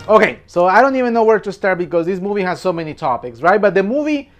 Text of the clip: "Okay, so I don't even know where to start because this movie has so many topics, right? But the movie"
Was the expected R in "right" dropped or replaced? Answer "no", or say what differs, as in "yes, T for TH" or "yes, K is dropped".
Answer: no